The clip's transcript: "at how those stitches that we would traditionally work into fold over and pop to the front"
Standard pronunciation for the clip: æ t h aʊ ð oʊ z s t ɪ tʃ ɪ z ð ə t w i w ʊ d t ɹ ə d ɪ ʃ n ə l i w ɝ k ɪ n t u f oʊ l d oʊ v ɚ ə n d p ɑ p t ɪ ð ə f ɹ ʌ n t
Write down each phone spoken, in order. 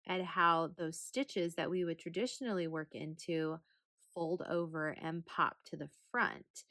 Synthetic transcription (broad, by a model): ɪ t h aʊ ð oʊ z s t ɪ tʃ ɪ z ð ə t w i w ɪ d t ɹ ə d ɪ ʃ n l i w ɝ k ɪ n t u f oʊ l d oʊ v ɚ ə n p ɑ p t ɪ ð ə f ɹ ʌ n t